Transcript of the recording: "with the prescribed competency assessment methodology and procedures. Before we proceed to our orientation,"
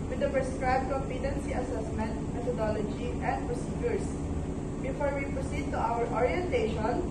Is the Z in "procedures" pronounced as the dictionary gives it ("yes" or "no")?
no